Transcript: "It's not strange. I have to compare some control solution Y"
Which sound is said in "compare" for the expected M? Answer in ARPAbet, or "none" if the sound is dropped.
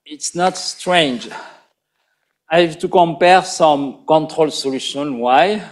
M